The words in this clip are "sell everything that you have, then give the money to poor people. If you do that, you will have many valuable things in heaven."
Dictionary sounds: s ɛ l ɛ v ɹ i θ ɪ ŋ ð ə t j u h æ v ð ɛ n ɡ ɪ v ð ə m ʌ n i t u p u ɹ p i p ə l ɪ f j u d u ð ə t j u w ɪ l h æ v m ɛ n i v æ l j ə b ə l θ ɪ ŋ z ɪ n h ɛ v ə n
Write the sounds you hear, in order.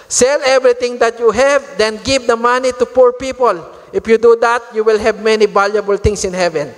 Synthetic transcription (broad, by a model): s ɛ l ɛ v ɹ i t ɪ ŋ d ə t j u h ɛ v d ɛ n ɡ ɪ v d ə m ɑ n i t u p u ɹ p i p ə l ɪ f j u d u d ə t j u w ɪ l h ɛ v m ɛ n i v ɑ l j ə b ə l t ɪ ŋ s ɪ n h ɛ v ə n